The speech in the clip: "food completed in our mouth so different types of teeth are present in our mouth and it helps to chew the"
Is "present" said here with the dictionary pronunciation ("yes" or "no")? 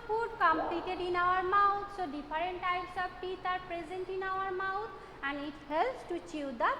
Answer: yes